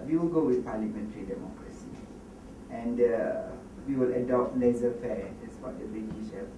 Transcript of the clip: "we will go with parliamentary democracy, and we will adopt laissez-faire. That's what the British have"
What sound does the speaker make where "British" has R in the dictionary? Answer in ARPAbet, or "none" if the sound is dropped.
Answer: none